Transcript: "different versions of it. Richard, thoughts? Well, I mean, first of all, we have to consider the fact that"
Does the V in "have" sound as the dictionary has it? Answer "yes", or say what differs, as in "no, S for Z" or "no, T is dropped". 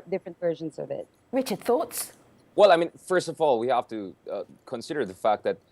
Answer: no, F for V